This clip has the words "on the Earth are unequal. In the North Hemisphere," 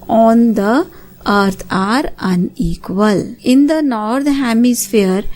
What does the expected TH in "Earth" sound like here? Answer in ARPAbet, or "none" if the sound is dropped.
T